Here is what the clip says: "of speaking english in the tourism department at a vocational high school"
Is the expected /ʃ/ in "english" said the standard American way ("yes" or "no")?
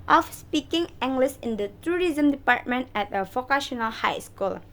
no